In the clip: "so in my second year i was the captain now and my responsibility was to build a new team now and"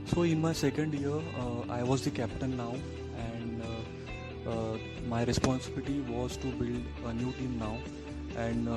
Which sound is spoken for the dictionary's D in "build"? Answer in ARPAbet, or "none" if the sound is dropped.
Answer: D